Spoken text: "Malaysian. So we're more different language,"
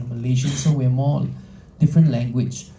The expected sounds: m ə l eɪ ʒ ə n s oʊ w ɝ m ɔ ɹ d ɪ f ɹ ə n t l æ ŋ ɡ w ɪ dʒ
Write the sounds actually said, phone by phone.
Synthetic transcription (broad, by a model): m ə l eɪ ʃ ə n s oʊ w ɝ m ɔ l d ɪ f ɹ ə n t l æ ŋ ɡ w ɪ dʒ